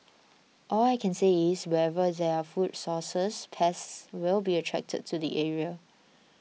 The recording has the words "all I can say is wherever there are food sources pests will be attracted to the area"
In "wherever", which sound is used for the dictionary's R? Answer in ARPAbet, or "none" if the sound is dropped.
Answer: none